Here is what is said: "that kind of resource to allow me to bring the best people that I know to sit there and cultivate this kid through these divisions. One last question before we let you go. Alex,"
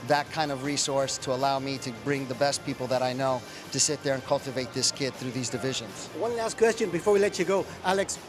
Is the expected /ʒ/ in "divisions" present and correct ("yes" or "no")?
yes